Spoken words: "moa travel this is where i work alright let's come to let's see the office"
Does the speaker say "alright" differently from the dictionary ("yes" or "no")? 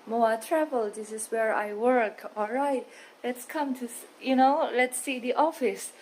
no